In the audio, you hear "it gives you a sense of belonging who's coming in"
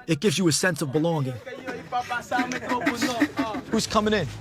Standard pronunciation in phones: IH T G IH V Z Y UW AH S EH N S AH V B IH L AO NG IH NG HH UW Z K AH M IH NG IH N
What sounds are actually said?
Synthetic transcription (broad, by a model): IH T G IH V Z Y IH AH S EH N S AH V B IH L AO NG IH NG HH UW Z K AH M IH NG IH N